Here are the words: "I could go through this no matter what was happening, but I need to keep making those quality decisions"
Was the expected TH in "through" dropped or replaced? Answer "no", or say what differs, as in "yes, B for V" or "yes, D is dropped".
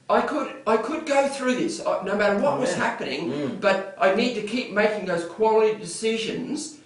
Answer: no